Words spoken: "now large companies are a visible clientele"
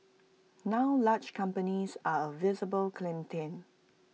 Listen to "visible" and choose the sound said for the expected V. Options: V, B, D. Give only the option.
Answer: V